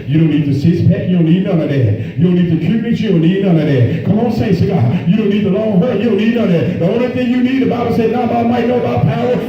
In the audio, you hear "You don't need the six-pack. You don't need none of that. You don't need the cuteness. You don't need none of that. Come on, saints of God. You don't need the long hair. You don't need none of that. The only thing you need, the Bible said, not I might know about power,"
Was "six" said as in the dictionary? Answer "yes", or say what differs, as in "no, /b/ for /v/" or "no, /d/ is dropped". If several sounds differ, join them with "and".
no, /k/ is dropped